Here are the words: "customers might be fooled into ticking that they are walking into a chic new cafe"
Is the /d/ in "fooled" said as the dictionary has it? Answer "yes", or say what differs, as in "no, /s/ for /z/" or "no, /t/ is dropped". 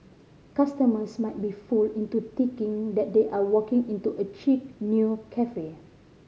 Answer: no, /d/ is dropped